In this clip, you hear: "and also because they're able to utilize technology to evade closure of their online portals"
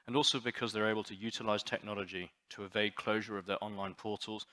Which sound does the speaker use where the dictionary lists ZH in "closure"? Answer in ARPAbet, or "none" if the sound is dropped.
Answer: ZH